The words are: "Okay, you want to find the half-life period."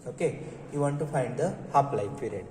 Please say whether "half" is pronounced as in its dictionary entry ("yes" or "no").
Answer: no